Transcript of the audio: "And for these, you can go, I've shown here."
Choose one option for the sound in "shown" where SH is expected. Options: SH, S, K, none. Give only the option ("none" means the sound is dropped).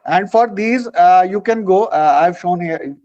SH